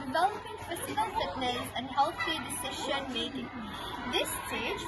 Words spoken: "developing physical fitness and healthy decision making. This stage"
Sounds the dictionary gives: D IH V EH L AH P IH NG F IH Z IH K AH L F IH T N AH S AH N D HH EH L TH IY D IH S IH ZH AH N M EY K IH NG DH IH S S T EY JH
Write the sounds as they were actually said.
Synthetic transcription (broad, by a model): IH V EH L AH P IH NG P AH S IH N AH L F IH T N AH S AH N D HH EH L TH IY D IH S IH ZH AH N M EY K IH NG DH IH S S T EY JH